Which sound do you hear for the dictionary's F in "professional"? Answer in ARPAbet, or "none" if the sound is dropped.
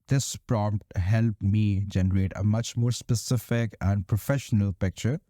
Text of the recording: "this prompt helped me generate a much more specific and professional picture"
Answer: F